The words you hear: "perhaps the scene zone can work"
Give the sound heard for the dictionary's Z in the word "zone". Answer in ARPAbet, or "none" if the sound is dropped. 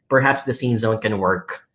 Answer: Z